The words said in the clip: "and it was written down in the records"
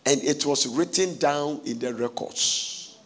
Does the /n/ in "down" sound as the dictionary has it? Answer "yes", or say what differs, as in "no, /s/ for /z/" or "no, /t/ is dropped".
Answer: yes